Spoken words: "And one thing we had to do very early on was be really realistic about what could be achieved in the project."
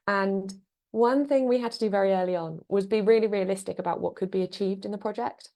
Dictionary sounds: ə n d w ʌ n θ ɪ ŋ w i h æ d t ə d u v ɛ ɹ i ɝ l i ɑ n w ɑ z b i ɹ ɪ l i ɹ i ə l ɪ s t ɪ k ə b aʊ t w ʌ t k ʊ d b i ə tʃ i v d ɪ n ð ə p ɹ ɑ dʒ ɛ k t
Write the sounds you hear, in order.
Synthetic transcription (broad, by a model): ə n w ʌ n θ ɪ ŋ w i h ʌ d t ə d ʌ v ɛ ɹ i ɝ l i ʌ n w ɑ z b i ɹ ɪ l i ɹ i ə l ɪ s t ɪ k ə b aʊ t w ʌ t k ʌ d b i ə tʃ i v d ɪ n ð ə p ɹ ɑ dʒ ɛ k t